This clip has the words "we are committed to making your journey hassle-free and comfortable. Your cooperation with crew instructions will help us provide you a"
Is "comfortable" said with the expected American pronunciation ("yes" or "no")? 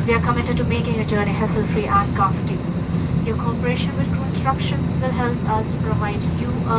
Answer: no